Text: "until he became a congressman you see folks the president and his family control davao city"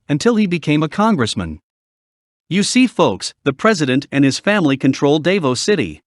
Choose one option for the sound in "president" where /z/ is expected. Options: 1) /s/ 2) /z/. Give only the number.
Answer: 2